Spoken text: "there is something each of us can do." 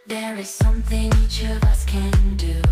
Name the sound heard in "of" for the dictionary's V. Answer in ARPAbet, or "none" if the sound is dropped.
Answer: V